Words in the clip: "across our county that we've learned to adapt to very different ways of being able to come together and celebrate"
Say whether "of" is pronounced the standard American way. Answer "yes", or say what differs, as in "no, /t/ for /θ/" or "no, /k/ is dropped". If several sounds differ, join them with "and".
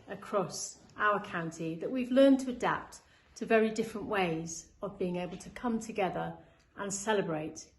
yes